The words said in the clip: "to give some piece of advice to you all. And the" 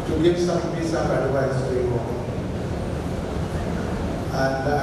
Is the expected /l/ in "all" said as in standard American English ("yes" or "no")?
no